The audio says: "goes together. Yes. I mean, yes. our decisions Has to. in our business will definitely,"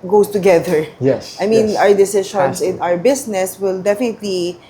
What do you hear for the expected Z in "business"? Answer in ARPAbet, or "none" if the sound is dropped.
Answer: S